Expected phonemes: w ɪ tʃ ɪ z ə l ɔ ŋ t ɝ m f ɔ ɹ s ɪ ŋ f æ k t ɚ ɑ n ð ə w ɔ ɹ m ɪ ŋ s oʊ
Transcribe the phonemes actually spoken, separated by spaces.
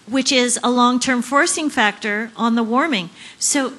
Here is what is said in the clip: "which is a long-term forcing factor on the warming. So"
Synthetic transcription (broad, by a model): w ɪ tʃ ɪ z ə l ɔ ŋ t ɝ m f ɔ ɹ s ɪ ŋ f æ k t ɚ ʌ n ð ə w ɔ ɹ m ɪ ŋ s oʊ